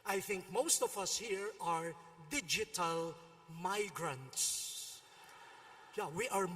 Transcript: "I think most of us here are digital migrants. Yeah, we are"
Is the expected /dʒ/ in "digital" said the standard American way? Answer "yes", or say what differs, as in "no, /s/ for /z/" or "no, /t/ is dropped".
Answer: yes